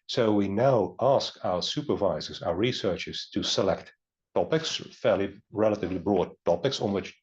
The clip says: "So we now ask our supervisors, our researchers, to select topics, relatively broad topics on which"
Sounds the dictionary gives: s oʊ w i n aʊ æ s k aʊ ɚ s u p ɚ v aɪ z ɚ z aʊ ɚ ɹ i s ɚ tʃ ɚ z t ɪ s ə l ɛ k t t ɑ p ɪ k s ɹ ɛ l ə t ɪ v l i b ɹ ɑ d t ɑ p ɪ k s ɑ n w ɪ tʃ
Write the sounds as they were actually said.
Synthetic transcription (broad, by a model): s oʊ w i n aʊ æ s k aʊ ɚ s u p ɚ v aɪ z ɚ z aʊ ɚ ɹ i s ɚ tʃ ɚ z t ɪ s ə l ɛ k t t ɑ p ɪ k s ɹ ɛ l ə t ɪ v l i b ɹ ɑ d t ɑ p ɪ k s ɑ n w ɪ tʃ